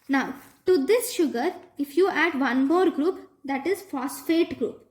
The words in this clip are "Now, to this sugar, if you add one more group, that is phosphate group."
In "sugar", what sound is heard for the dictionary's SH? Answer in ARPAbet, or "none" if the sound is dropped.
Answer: SH